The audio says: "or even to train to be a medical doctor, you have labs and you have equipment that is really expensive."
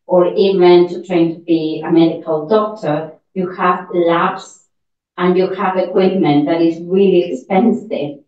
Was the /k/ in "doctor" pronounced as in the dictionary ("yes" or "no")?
yes